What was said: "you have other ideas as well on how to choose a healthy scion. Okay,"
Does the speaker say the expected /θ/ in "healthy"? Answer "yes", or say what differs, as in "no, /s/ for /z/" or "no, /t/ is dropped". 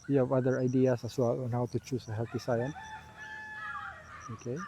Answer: no, /t/ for /θ/